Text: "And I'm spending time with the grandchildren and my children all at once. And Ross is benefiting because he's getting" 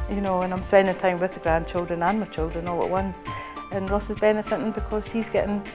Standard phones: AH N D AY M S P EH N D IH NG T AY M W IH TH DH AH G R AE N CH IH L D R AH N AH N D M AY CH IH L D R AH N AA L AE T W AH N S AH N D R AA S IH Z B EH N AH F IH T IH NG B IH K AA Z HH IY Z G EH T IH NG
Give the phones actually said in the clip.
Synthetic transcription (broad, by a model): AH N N AY M S P EH N D IH NG T AY M W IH DH AH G R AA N CH IH L D R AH N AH N M AY CH IH L D R AH N AA L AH T W AH N S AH N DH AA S IH Z B EH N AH F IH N B IH K AA Z HH IY Z G EH T IH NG